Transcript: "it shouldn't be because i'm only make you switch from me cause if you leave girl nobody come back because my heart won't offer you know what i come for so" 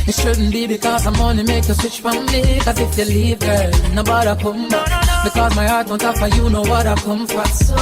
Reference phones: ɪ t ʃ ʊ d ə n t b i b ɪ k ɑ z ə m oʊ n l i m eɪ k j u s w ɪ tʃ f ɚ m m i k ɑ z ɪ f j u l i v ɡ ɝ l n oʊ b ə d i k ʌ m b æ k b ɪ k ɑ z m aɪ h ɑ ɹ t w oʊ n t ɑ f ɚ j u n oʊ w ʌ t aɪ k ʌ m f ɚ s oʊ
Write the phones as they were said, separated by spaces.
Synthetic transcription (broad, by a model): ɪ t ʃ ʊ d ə n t b i b ɪ k ɑ z ə m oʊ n i m eɪ k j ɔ s w ɪ tʃ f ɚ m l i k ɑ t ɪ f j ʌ l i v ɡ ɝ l n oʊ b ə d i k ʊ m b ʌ b ɪ k ɑ z m aɪ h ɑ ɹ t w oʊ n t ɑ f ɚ j u n oʊ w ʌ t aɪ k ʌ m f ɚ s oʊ